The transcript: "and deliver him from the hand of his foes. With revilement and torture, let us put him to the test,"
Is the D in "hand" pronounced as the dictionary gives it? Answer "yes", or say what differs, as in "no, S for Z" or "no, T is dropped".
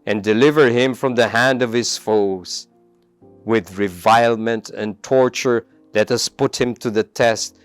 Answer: yes